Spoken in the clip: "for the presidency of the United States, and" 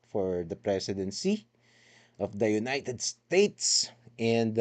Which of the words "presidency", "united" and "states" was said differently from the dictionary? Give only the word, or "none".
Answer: presidency